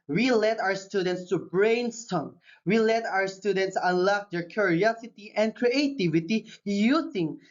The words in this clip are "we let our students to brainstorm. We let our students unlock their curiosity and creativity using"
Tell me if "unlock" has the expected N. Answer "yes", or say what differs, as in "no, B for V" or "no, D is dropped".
no, N is dropped